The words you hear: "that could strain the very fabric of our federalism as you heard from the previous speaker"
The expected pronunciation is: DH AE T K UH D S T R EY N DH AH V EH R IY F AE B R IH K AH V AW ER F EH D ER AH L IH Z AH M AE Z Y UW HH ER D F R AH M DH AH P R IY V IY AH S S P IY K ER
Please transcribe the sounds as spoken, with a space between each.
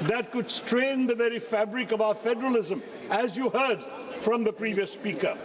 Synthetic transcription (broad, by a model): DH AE T K UH D S T R EY N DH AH V EH R IY F AE B R IH K AH V AW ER F EH D ER AH L IH Z AH M AE Z Y UW HH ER D F R AH M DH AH P R IY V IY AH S S P IY K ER